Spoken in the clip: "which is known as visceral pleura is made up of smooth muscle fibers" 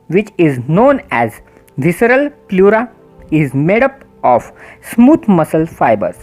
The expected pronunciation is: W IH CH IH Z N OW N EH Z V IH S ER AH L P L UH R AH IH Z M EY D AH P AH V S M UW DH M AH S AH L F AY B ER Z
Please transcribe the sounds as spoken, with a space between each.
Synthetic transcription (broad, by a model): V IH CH IH Z N OW N EH Z V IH S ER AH L P L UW R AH IH Z M EY D AH P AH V S M UW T M AH S AH L F AY B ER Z